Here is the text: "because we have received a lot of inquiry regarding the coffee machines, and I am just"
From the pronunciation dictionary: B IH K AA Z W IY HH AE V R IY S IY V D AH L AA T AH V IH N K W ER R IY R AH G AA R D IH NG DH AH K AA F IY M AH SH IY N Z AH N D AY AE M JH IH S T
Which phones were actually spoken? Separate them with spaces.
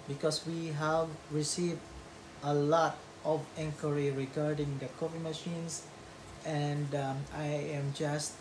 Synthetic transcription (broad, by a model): B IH K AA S W IY HH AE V R IY S IY V D AH L AA T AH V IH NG K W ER R IY R AH G AA R D IH NG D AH K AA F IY M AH SH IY N S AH N D AY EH M JH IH S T